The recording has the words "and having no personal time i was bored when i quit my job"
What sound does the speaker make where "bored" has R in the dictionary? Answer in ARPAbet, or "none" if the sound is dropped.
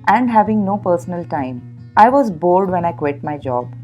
L